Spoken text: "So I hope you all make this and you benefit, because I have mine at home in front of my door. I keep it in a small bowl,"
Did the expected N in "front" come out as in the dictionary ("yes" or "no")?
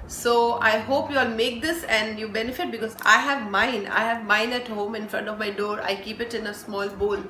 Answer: yes